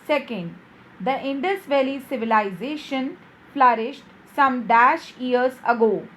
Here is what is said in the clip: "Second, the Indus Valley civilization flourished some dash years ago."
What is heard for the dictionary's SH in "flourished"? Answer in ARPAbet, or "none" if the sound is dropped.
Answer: SH